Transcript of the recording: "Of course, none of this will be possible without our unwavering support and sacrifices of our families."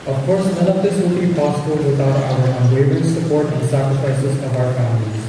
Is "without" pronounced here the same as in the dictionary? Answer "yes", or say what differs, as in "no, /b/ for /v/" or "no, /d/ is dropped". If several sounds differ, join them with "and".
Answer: no, /t/ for /θ/